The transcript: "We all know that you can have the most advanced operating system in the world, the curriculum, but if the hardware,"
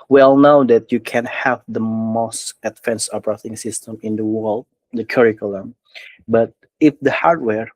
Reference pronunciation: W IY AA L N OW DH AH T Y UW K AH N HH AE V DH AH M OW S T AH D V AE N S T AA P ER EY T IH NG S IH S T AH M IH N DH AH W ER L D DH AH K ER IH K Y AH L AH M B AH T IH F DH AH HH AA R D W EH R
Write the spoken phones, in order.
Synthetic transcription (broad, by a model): W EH L N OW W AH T Y UW K AH N HH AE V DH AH M OW S T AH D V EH N S AA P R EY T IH NG S IH S T AH M IH N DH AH W ER L D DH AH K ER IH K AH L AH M B AH T IH F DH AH HH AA R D W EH R